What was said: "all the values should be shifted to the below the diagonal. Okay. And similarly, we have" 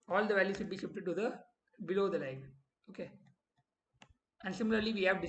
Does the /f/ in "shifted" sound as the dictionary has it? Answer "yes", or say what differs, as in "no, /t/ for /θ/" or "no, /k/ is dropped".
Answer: no, /p/ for /f/